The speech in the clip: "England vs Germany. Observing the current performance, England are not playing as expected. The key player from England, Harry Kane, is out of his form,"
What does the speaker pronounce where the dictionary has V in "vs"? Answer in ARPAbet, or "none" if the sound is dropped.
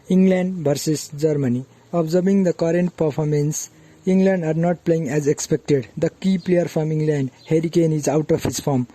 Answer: B